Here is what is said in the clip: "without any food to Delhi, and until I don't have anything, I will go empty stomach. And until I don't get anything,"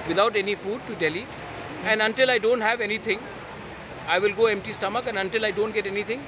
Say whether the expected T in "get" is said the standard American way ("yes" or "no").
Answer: yes